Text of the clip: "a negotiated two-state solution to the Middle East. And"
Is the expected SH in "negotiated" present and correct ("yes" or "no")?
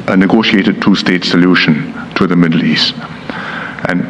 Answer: yes